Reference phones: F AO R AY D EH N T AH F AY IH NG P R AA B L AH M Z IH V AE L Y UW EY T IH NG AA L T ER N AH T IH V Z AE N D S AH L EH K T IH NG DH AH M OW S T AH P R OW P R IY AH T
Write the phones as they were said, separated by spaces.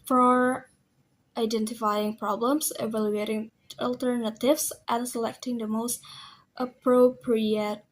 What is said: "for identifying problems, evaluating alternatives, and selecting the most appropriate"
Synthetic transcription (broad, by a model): F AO R AY D EH N T AH F AY IH NG P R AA B L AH M S IH V AE L Y UW EY T IH NG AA L T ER N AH T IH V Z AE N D S AH L EH K T IH NG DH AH M OW S T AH P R OW P R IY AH T